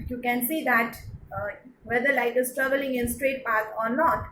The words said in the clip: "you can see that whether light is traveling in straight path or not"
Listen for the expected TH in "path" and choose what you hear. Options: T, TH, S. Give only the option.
S